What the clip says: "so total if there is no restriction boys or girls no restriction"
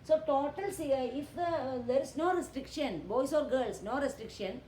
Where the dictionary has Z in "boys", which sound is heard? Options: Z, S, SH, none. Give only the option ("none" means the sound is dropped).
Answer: S